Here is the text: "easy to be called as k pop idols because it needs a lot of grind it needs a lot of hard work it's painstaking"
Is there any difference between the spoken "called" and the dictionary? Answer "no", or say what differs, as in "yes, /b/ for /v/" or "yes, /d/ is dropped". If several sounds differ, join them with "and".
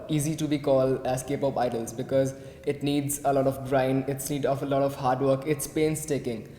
no